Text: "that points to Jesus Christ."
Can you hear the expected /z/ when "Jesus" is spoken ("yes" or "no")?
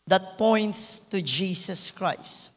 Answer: no